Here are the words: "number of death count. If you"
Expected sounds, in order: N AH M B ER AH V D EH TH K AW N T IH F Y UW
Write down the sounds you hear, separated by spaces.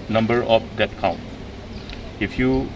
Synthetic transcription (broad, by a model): N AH M B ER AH P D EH T K AW N T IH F Y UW